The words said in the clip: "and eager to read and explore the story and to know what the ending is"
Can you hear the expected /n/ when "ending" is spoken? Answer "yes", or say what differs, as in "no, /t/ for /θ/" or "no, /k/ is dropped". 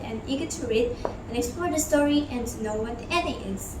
no, /n/ is dropped